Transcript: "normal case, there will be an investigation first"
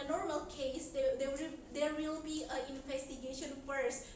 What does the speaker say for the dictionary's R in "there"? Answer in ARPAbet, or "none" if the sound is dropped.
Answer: W